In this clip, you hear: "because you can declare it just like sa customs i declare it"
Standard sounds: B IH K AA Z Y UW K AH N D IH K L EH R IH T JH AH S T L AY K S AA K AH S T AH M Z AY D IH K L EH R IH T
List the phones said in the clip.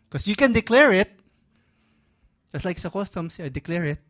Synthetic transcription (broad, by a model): K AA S Y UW K AH N D IH K L EH R IH T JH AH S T L AY K S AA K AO S T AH M S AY D IH K L EH R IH T